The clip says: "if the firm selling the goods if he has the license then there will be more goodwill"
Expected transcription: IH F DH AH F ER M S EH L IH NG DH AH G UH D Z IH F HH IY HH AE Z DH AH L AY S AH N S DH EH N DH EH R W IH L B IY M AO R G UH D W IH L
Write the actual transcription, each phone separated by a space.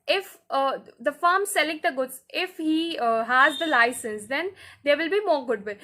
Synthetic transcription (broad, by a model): IH F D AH F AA M S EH L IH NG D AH G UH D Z IH F HH IY HH AE Z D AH L AY S AH N S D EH N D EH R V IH L B IY M AO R G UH D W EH